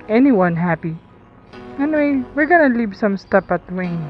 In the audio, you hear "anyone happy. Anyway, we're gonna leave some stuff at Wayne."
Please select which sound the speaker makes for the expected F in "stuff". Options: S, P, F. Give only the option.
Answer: P